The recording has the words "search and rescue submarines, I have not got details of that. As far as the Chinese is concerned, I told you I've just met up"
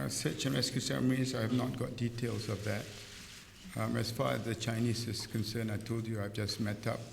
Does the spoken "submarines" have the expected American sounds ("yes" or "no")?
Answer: no